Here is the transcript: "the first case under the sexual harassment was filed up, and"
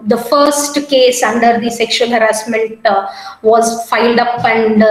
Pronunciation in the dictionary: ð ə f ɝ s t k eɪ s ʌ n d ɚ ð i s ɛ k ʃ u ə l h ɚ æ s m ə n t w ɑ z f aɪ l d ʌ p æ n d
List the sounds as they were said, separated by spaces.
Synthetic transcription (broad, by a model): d ə f ɝ s t k eɪ s ʌ n d ɚ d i s ɛ k ʃ u ə l h ɚ æ s m ə n t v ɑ z f aɪ l d ʌ p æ n d